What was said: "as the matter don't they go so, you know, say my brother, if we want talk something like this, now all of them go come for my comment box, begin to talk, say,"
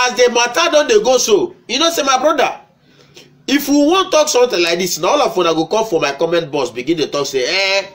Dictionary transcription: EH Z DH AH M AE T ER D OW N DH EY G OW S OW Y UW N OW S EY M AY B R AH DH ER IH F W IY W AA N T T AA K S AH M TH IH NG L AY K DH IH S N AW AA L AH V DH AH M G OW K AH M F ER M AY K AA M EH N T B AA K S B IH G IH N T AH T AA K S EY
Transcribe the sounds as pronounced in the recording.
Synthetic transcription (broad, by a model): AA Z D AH M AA T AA D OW N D EY G OW S OW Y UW N OW S EY M AY B R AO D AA IH F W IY W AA N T T AA K S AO M T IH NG L AY K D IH S N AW AA L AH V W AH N G OW K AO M F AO M AY K AA M EH N T B AA S B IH G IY N T AH T AA K S EY